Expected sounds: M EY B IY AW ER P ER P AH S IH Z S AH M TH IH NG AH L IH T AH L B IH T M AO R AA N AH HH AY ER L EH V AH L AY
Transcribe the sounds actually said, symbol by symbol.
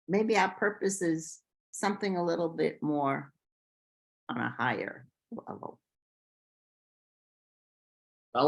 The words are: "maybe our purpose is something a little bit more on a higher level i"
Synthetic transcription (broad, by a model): M EY B IY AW P ER P AH S IH Z S AH M TH IH NG AH L IH T L B IH T M AO R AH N AH HH AY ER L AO AH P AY